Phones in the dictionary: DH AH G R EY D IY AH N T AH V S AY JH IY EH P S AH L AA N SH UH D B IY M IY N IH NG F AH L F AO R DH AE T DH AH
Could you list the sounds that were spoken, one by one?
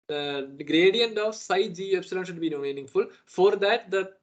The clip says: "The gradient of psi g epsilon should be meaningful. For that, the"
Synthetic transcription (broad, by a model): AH G R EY D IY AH N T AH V S AY JH IY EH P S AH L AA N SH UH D B IY M IY N IH NG F AH L F AO R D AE T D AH